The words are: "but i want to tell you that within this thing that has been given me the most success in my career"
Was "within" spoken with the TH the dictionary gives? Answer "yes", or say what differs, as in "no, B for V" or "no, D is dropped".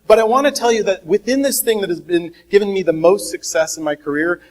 yes